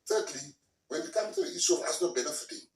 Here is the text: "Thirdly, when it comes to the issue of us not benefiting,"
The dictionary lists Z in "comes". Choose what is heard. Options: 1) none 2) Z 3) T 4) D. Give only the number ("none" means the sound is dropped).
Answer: 1